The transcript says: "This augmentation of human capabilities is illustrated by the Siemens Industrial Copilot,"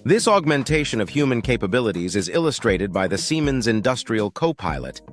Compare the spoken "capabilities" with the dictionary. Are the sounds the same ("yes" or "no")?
yes